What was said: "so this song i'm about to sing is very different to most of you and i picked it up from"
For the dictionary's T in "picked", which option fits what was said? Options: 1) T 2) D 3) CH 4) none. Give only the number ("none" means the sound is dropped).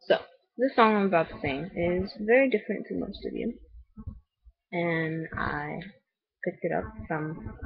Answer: 1